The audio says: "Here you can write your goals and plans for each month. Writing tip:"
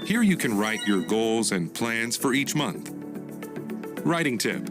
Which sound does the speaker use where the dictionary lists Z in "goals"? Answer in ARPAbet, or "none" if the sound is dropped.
Z